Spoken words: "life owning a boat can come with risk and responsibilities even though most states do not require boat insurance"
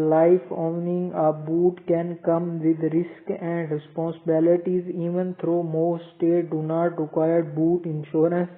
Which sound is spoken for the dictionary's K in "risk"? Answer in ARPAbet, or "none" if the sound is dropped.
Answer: K